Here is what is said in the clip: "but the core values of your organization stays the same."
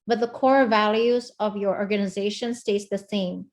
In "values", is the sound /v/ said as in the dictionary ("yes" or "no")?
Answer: yes